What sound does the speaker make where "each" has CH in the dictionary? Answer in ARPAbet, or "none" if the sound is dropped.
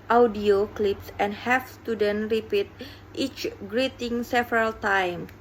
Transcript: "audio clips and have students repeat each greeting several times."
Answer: CH